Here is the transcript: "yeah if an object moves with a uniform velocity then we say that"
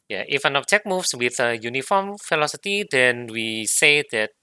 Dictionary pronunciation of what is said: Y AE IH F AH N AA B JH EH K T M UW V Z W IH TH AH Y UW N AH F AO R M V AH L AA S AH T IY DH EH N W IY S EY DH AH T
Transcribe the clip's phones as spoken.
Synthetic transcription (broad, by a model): Y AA IH F AH N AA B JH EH K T M UW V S W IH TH AH Y UW N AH F AO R M F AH L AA S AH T IY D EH N W IY S EY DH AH T